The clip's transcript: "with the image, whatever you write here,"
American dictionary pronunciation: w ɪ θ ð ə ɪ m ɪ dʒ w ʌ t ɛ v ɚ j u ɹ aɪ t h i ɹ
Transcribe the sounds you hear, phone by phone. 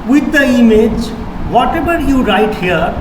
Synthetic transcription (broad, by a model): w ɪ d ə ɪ m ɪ dʒ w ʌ t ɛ b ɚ j u ɹ aɪ t h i ɹ